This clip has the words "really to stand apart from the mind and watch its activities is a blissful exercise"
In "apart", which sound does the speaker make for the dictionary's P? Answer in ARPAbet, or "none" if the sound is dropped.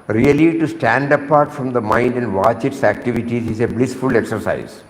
P